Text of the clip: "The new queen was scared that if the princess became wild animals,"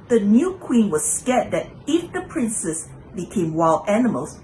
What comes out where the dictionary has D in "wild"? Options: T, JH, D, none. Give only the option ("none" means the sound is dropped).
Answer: none